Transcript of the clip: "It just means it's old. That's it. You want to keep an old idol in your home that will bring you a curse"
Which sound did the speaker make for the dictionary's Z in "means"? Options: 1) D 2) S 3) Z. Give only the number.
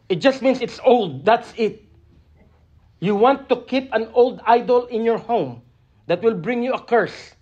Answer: 2